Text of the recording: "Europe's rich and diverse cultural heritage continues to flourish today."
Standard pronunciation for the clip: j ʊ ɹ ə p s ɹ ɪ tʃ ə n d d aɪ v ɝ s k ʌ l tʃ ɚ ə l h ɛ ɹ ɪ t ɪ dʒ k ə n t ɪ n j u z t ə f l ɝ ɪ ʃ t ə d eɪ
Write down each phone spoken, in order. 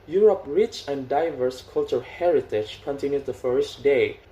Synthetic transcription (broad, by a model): j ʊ ɹ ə p ɹ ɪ tʃ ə n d d aɪ v ɝ s k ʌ l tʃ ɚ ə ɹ h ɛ ɹ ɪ t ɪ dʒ k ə n t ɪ n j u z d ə f ɝ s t d eɪ